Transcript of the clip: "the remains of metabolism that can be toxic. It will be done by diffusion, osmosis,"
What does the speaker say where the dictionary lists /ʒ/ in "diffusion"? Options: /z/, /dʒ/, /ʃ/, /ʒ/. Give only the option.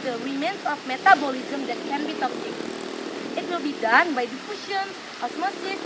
/ʃ/